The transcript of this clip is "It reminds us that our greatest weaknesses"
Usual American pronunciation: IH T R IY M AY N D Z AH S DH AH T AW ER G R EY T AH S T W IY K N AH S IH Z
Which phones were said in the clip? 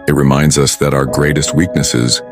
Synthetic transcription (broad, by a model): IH T R IY M AY N D Z AH S DH AH T AW ER G R EY T AH S T W IY K N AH S IH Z